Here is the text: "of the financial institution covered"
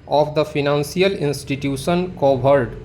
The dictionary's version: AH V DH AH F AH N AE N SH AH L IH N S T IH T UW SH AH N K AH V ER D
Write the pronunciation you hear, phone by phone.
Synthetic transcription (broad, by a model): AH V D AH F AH N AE N S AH L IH N S T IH T UW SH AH N K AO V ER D